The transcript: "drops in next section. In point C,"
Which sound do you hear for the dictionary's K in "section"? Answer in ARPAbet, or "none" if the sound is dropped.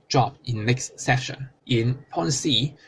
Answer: none